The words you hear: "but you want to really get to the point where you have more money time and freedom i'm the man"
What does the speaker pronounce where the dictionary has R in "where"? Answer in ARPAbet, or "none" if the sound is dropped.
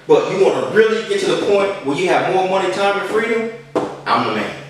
L